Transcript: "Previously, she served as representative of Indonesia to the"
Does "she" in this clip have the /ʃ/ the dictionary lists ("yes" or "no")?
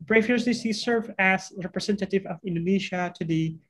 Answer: no